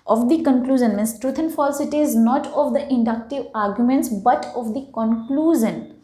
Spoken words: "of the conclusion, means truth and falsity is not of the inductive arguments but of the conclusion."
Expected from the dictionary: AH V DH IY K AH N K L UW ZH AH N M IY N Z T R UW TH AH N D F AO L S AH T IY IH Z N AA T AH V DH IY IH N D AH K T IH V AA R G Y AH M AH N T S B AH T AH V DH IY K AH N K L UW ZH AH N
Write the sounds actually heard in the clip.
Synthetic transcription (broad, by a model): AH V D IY K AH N K L UW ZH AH N M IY N S T R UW T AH N F AO L S AH T IY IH Z N AA T AH V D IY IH N D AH K T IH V AA R G Y AH M AH N T S B AH T AH V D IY K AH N K L UW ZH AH N